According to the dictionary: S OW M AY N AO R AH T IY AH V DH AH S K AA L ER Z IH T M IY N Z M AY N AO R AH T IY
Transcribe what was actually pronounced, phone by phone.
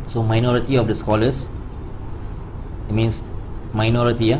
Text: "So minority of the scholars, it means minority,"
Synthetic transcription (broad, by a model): S OW M AY N AO R AH T IY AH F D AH S K AA L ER S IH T M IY N S M AY N AO R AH T IY